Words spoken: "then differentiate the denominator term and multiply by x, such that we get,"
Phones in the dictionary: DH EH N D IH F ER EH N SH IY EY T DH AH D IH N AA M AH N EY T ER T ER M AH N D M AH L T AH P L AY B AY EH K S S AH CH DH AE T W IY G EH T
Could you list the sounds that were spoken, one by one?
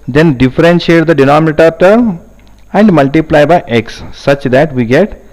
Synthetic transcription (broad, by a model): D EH N D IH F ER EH N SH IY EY T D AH D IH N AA M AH T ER T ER AH N D M AH L T AH P L AY B AY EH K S S AH CH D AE T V IY G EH T